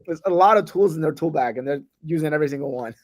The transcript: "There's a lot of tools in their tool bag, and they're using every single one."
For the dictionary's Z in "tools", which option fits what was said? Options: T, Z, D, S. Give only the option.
Z